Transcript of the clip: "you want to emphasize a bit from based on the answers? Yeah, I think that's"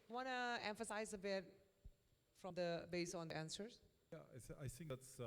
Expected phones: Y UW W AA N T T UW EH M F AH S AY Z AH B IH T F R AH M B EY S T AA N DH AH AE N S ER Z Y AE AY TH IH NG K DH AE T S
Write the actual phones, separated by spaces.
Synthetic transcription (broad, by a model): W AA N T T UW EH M F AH S AY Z AH B IH T F R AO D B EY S AA N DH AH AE N S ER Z Y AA AY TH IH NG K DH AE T S